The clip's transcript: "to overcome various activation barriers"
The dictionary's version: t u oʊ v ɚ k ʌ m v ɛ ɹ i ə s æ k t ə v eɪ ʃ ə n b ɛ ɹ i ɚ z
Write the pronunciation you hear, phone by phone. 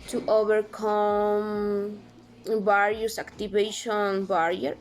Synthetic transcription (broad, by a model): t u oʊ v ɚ k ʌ m b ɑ ɹ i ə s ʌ k t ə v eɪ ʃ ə n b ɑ ɹ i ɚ